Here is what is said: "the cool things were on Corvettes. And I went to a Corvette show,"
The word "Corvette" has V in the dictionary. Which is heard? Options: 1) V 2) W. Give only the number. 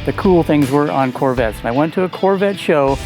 1